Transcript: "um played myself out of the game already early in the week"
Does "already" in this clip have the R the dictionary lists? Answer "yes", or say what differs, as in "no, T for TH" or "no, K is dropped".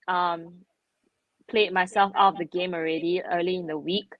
yes